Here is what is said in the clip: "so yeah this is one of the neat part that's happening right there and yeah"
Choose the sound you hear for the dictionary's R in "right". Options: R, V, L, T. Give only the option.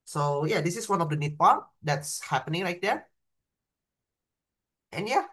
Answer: L